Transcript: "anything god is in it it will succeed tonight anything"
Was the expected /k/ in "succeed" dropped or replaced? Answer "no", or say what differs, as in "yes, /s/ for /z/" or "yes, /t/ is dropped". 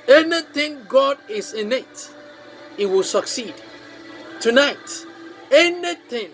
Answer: no